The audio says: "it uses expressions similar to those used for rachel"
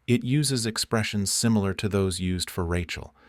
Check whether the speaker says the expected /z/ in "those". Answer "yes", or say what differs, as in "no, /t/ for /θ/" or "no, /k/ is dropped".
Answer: yes